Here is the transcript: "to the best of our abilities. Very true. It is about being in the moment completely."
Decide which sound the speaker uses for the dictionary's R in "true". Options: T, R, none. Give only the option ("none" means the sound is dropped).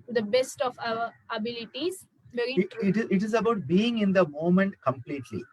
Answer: none